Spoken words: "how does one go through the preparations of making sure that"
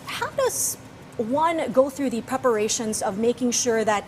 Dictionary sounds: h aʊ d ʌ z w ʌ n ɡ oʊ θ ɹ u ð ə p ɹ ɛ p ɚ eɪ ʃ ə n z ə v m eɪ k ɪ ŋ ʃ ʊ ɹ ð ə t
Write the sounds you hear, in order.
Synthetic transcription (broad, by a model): h aʊ d ʌ z w ʌ n ɡ oʊ θ ɹ u ð ə p ɹ ɛ p ɚ eɪ ʃ ə n z ə v m eɪ k ɪ ŋ ʃ ʊ ɹ ð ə t